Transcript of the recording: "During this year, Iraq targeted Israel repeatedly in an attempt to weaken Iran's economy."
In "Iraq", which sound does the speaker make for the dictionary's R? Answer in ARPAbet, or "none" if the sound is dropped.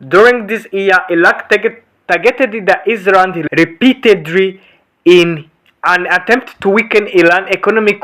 L